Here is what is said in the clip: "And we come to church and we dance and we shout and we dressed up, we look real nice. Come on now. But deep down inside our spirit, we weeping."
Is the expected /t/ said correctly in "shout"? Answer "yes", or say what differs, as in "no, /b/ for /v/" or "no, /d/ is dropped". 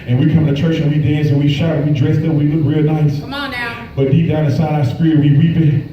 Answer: no, /t/ is dropped